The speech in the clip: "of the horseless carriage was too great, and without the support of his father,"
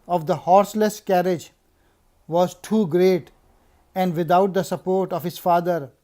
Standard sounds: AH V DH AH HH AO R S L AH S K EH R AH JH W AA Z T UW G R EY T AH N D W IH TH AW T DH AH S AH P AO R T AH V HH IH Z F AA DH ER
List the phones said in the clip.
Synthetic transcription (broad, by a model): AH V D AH HH AO R S L AH S K EH R AH JH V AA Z T UW G R EY T AH N D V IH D AW T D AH S AH P AO R T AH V HH IH Z F AA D ER